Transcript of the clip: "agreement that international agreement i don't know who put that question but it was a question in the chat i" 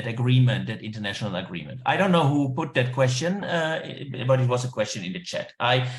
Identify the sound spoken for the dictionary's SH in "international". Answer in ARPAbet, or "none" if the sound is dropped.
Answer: SH